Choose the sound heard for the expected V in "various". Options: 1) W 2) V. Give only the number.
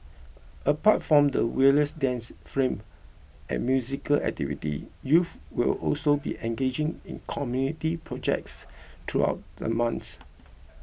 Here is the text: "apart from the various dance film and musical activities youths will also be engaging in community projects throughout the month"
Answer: 1